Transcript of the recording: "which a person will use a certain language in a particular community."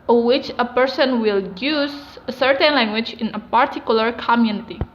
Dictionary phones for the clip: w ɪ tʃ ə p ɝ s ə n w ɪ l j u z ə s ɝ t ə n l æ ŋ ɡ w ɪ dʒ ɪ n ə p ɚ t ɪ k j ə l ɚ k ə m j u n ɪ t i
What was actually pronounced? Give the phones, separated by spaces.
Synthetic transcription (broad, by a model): w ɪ tʃ ə p ɝ s ə n w ɪ l j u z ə s ɝ t ə n l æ ŋ ɡ w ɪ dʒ ɪ n ə p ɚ t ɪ k j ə l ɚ k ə m j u n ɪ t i